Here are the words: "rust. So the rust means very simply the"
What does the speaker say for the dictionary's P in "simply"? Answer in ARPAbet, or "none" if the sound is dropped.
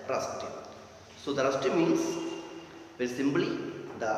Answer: B